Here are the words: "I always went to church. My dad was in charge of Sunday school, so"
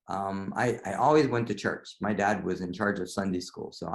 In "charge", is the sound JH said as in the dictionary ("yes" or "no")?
yes